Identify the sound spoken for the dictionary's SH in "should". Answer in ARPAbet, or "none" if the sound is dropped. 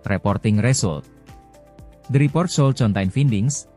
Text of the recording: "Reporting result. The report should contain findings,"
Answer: S